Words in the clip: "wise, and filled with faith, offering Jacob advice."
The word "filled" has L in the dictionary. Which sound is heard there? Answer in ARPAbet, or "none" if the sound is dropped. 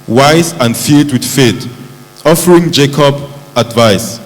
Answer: none